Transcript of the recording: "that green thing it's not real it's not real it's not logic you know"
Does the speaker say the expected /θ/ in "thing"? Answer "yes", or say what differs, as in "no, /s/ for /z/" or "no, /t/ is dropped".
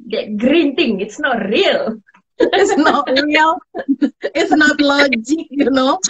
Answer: no, /t/ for /θ/